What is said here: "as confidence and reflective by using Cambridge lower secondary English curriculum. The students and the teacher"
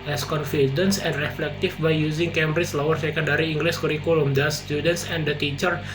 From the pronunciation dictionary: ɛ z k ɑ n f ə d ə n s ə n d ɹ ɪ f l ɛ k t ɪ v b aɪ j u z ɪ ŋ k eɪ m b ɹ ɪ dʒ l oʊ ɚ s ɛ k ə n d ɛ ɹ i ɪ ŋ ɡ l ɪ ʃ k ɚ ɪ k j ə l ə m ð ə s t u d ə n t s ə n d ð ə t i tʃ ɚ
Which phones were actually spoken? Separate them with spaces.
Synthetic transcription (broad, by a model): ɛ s k ɑ n f ə d ə n s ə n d ɹ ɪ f l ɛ k t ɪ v b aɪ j u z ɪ ŋ k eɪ m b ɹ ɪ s l oʊ ɚ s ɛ k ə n d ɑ ɹ i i ŋ ɡ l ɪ s k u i k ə l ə m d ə s t u d ə n t s ə n d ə t i tʃ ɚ